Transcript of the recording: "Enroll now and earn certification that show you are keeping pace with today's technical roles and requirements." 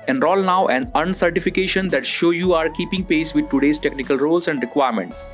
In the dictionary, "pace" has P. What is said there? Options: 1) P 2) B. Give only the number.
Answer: 1